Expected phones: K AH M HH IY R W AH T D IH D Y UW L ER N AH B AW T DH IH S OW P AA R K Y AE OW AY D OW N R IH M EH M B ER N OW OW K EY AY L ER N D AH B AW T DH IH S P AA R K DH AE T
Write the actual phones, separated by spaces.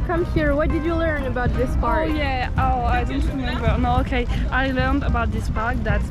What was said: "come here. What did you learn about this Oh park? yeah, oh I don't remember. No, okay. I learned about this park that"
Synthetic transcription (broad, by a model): K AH M HH IY R W AH T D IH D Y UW L ER N AH B AW T DH IH S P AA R Y AE OW AY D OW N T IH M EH B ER N OW OW K EY AY L ER N D AH B AW T DH IH S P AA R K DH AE T